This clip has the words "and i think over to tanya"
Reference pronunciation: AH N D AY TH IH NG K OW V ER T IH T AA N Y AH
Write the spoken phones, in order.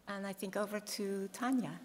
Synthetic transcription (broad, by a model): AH N AY TH IH NG K OW V ER T IH T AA N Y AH